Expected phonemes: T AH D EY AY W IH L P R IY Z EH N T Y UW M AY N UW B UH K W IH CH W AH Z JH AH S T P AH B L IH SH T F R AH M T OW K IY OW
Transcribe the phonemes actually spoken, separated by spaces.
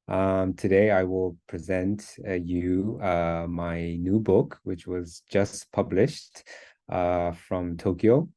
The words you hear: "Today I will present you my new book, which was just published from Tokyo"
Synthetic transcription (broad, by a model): T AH D EY AY W IH L P R IY Z EH N T Y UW M AY N UW B UH K W IH CH W AH Z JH AH S P AH B L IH SH T F R AH M T OW K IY OW